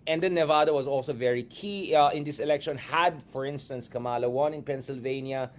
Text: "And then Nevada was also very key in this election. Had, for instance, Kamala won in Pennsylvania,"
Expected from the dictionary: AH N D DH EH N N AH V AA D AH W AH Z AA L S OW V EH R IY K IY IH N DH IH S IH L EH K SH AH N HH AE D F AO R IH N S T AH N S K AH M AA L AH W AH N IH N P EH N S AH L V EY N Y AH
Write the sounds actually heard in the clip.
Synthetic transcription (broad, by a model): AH N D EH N N AH V AA D AH W AH Z AA L S OW V EH R IY K IY IH N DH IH S IH L EH K SH AH N HH AE D F AO R IH N S T AH N S K AH M AA L AH W AH N IH N P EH N S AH L V EY N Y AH